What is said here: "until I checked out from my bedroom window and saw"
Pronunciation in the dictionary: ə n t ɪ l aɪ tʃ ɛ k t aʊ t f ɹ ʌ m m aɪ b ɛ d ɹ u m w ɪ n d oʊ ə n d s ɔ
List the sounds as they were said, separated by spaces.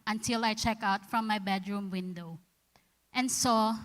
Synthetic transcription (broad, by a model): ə n t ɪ l aɪ tʃ ɛ k aʊ t f ɹ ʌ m m aɪ b ɛ d ɹ u m w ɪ n d oʊ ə n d s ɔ